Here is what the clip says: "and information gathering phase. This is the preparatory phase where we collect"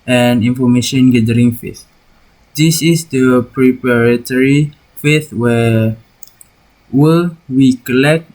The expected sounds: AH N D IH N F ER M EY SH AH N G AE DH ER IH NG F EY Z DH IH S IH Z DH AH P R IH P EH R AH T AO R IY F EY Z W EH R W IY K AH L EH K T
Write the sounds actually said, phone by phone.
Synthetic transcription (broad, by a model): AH N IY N F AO M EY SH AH N G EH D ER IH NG F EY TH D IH S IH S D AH P R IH P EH R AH T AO R IY F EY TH W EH W W IY K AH L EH K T